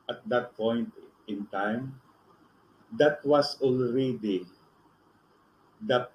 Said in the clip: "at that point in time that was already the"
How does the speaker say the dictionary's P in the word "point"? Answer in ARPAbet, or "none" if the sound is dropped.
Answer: P